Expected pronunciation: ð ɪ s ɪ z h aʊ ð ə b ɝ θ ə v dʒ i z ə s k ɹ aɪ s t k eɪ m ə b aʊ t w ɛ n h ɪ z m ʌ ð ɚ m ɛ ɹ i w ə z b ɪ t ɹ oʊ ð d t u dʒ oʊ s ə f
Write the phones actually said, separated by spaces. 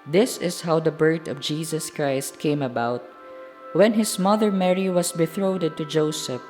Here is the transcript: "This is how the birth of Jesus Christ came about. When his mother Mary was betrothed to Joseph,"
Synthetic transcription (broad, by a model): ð ɪ s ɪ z h aʊ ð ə b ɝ t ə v dʒ i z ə s k ɹ aɪ s t k eɪ m ə b aʊ t w ɛ n h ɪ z m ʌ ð ɚ m ɛ ɹ i w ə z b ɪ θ ɹ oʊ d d t u dʒ oʊ s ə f